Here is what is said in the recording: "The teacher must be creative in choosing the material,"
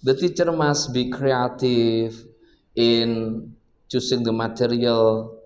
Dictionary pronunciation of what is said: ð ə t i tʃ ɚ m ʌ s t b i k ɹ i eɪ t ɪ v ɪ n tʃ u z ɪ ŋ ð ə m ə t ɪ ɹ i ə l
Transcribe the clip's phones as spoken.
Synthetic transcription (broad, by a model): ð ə t i tʃ ɚ m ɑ s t b i k ɹ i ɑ t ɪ f ɪ n tʃ u s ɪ ŋ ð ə m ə t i ɹ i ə l